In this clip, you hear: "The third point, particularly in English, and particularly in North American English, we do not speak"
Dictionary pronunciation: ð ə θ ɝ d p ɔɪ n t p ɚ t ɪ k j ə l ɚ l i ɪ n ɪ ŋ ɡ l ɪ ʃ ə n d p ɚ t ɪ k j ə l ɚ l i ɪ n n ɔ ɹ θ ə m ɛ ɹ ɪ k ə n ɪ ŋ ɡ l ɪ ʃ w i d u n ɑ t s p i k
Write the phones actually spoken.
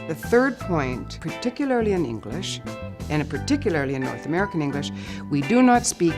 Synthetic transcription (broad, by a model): ð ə θ ɝ d p ɔɪ n t p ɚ t ɪ k j l ɚ l i ɪ n ɪ ŋ ɡ l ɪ ʃ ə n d p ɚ t ɪ k j l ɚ l i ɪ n n ɔ ɹ θ ə m ɛ ɹ ɪ k ə n ɪ ŋ ɡ l ɪ ʃ w i d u n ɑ t s p i k